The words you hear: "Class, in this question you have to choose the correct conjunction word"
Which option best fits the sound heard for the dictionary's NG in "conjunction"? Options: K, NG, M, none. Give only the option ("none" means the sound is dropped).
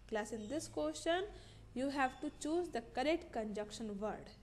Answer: none